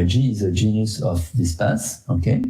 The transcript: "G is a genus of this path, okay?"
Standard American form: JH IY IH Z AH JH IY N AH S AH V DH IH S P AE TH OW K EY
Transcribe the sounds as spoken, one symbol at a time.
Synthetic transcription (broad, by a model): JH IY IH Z AH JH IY N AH S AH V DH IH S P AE S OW K EY